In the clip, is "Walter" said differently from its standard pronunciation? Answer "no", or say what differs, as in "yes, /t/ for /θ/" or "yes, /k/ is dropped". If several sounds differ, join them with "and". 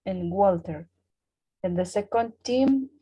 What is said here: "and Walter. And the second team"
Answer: no